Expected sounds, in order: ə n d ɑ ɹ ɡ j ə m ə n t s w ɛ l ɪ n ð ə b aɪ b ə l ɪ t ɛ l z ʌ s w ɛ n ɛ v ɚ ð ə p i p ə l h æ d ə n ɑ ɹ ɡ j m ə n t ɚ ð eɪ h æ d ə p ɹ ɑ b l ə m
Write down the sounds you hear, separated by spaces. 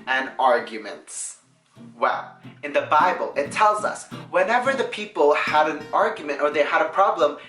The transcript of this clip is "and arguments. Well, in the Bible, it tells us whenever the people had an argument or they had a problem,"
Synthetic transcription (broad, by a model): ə n ɑ ɹ ɡ j ə m ə n t s w ɛ l ɪ n ð ə b aɪ b ə l ɪ t ɛ l z ʌ s w ɛ n ɛ v ɚ ð ə p i p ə l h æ d ə n ɑ ɹ ɡ j m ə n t ɚ ð eɪ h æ d ə p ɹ ɑ b l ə m